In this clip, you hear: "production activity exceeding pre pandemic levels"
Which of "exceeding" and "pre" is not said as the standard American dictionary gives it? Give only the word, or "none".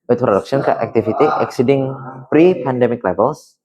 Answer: none